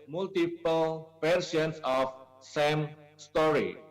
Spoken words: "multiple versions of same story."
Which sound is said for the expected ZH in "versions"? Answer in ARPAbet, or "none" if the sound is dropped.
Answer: SH